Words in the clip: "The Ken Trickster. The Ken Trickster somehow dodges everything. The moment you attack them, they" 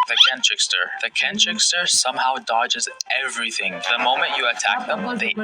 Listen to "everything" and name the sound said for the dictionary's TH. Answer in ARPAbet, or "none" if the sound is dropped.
TH